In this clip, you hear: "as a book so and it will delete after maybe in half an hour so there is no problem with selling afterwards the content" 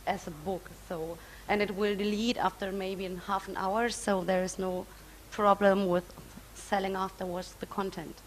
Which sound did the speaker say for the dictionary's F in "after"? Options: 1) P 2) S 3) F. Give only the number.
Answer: 3